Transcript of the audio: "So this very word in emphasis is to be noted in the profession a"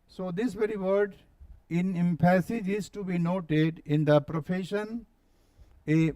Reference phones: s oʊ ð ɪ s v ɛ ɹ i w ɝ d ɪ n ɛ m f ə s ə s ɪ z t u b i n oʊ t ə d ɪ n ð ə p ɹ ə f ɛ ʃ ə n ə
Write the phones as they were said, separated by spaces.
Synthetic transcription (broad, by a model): s oʊ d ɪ s v ɛ ɹ i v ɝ d ɪ n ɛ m p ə s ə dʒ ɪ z t u b i n oʊ t ə d ɪ n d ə p ɹ ə f ɛ ʃ ə n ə